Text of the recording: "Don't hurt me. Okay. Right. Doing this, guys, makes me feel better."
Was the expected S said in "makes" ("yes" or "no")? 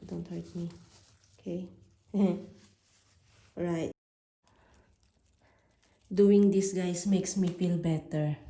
yes